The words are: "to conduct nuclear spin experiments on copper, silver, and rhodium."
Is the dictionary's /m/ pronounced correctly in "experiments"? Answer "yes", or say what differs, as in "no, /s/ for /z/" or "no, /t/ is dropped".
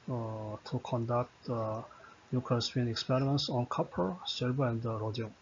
yes